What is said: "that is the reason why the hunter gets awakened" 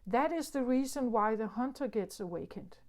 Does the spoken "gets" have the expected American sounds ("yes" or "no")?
yes